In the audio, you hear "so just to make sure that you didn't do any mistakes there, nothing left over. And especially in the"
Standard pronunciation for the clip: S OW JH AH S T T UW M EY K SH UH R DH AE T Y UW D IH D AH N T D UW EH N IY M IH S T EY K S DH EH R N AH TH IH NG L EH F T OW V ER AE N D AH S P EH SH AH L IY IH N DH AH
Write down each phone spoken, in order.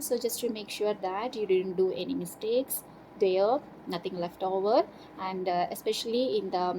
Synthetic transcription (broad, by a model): S OW JH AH S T T UW M EY K SH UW R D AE T Y UW D IH D AH N T D UW EH N IY M IH S T EY K S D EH N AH T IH NG L EH F T OW V ER AE N D AH S P EH SH AH L IY IH N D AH